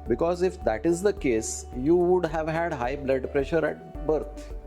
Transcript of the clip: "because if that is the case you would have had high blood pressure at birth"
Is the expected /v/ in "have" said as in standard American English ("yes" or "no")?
yes